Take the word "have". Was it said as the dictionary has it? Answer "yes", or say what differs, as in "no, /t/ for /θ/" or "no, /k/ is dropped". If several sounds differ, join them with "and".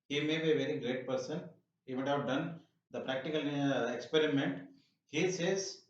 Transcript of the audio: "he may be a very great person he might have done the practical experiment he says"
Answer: yes